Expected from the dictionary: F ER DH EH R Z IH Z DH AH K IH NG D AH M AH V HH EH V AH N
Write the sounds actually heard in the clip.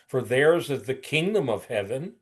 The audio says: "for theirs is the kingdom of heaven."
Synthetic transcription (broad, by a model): F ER DH EH R Z IH Z DH AH K IH NG D AH M AH V HH EH V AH N